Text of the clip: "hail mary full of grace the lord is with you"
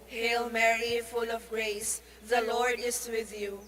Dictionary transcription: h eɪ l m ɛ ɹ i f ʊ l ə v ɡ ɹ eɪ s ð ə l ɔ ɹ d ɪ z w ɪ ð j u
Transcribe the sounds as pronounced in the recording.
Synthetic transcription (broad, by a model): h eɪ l m ɛ ɹ i f ʊ l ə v ɡ ɹ eɪ s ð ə l ɔ ɹ d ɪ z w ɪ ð j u